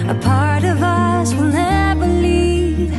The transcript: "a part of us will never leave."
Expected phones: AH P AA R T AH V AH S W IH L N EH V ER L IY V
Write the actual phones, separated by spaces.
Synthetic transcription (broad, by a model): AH P AA R T AH V AH S W IH L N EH B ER L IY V